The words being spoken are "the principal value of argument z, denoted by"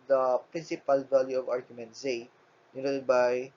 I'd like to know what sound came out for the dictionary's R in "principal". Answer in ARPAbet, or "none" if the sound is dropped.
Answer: R